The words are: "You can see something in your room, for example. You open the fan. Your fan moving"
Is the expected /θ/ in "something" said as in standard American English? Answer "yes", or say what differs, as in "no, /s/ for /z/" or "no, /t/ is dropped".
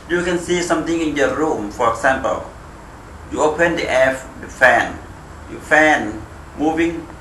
no, /t/ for /θ/